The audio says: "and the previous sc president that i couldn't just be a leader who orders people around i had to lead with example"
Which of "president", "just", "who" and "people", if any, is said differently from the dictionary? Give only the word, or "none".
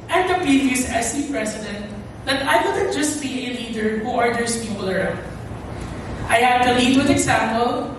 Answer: president